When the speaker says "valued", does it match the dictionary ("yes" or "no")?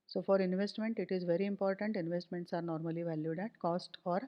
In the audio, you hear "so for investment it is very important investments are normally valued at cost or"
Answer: yes